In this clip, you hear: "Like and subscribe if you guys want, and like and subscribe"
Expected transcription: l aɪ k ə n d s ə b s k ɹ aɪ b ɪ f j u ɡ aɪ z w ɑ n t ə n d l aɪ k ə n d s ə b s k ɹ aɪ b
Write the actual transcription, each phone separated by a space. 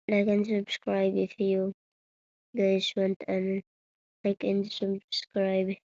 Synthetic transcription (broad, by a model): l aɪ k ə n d s ə b s k ɹ aɪ b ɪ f j u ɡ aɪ s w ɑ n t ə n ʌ l aɪ k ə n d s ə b s k ɹ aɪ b